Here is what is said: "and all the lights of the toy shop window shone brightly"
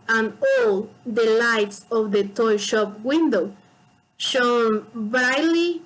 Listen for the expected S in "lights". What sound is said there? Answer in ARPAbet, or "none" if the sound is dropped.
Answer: S